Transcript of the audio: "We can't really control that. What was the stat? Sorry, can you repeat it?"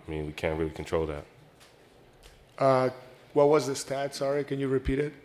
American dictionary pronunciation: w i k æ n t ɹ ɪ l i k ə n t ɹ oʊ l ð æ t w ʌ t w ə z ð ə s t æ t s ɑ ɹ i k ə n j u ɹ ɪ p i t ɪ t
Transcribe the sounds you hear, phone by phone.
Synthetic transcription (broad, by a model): w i k æ n t ɹ ɪ l i k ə n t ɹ oʊ l ð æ t w ʌ t w ə z ð ə s t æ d s ɑ ɹ i k ə n j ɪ ɹ ɪ p i t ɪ t